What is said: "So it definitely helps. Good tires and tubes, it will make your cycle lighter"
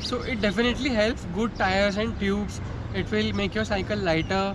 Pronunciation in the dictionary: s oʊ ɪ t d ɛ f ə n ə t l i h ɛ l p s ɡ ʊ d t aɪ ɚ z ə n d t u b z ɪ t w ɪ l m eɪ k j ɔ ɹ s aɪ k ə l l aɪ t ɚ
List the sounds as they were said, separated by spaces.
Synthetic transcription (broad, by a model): s oʊ ɪ t d ɛ f ə n ə t l i h ɛ l p s ɡ ʊ d t aɪ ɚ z ə n d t u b s ɪ t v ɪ l m eɪ k j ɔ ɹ s aɪ k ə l l aɪ t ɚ